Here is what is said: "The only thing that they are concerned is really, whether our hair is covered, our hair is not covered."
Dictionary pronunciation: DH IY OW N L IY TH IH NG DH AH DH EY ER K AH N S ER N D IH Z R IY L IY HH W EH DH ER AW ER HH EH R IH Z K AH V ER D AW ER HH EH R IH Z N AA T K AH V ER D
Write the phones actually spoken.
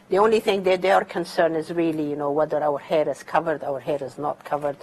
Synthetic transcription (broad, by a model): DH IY OW N L IY TH IH NG DH AH DH EY ER K AH N S ER N D IH Z R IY L IY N W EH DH ER AW ER HH EH R IH Z K AH V ER D AW ER HH EH R IH Z N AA T K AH V ER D